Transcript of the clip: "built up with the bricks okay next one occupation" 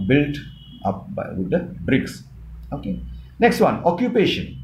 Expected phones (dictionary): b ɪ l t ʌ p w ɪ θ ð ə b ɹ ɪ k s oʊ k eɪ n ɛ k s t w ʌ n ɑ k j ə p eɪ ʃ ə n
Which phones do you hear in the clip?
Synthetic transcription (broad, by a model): b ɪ l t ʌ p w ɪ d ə b ɹ ɪ k s oʊ k eɪ n ɛ k s t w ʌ n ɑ k j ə p eɪ ʃ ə n